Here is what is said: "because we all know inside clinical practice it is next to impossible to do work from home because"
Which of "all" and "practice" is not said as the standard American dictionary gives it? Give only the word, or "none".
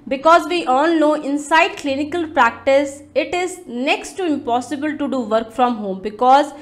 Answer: all